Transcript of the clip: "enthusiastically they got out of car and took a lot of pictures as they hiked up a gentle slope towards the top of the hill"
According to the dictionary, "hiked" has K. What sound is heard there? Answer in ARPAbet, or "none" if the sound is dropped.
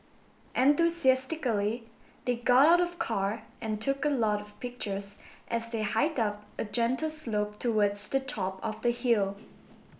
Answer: none